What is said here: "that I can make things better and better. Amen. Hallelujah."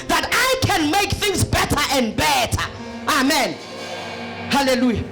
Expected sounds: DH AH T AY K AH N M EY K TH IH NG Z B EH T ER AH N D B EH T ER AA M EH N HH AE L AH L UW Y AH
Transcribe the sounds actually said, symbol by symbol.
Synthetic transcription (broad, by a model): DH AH T AY K AH N M EY K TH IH NG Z B EH T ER AH N D B EH T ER AA M EH N HH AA L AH L UW Y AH